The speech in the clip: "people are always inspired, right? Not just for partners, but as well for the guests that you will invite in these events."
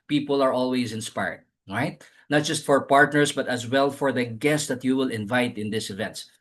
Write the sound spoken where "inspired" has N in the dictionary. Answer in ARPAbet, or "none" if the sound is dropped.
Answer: N